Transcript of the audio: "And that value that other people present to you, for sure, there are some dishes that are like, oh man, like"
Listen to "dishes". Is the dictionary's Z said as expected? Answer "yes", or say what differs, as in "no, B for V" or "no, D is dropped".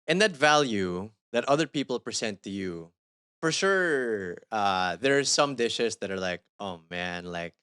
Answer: no, S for Z